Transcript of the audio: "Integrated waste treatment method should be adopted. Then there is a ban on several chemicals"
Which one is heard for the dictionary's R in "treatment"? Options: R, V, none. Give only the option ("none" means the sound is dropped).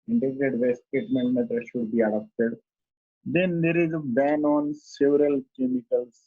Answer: none